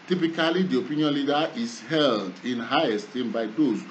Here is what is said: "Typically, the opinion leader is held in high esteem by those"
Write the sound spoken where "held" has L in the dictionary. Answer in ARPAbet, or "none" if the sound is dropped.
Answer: L